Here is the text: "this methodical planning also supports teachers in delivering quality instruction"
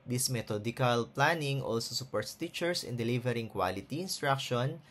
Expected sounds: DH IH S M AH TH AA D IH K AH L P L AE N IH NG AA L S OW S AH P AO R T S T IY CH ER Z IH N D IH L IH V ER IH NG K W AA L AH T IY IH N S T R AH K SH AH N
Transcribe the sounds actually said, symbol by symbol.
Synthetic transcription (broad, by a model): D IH S M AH T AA D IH K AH L P L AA N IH NG AA L S OW S AH P AO R T S T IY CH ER S IH N D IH L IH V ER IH NG K W AA L AH T IY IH N S T R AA K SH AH N